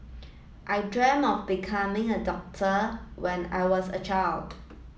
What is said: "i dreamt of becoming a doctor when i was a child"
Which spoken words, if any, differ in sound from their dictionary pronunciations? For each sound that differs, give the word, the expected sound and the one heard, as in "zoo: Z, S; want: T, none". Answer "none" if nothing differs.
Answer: dreamt: T, none